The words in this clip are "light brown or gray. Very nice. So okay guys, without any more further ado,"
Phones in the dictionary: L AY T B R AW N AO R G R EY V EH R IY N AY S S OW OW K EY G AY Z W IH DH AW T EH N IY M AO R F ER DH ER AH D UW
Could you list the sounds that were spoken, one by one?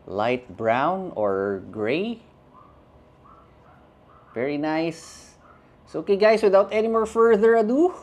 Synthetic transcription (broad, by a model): L AY T B R AW N AO R G R EY V EH R IY N AY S S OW OW K EY G AY S W IH DH AW T EH N IY M AO R F ER DH ER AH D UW